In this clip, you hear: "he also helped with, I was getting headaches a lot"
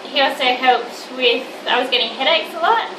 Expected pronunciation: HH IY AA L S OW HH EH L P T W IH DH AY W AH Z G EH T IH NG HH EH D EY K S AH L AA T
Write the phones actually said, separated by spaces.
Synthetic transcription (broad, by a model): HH IY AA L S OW HH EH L P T W IH DH AY W AH Z G EH T IH NG HH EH D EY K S AH L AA T